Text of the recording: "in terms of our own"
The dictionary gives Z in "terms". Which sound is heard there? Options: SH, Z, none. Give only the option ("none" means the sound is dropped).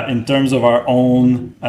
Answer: Z